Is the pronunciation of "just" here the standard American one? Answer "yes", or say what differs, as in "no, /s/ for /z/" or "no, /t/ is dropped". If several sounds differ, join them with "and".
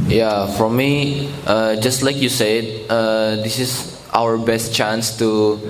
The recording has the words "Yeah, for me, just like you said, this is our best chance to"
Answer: yes